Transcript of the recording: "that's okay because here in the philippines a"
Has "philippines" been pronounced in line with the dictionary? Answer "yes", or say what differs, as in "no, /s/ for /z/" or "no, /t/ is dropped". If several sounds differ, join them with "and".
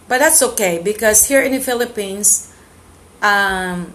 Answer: no, /s/ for /z/